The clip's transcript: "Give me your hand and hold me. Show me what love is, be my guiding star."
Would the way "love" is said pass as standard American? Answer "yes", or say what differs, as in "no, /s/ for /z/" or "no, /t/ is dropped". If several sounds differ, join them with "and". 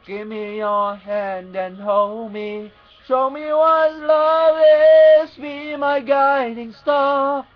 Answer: no, /v/ is dropped